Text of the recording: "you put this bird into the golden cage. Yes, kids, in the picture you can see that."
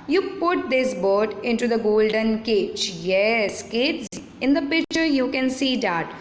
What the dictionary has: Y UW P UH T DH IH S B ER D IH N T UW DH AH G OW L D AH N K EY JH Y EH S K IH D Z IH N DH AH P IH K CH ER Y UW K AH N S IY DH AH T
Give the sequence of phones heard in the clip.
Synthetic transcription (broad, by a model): Y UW P UH T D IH S B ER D IH N T UW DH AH G OW L D AH N K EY CH Y EH S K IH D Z IH N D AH P IH K CH ER Y UW K AH N S IY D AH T